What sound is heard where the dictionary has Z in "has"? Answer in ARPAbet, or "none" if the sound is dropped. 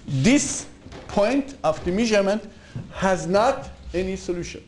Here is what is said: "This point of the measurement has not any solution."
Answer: Z